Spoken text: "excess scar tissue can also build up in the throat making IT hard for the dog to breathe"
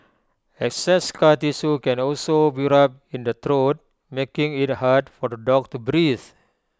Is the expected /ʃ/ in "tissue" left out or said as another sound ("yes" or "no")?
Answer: yes